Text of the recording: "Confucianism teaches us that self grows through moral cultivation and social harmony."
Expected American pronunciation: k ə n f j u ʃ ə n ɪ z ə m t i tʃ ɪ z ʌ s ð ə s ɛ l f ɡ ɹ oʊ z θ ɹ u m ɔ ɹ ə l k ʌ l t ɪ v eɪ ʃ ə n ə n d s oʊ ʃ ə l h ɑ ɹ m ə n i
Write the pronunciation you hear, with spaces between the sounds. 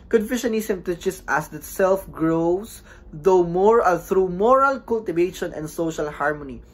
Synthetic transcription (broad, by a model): k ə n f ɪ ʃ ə n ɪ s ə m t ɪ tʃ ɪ s ʌ s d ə s ɛ l f ɡ ɹ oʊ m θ ɹ u m ɔ ɹ ə l k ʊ l t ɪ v eɪ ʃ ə n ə n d s oʊ ʃ ə l h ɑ ɹ m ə n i